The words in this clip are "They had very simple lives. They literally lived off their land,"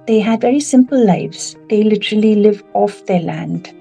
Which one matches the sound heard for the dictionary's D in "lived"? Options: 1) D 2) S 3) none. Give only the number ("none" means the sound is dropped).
3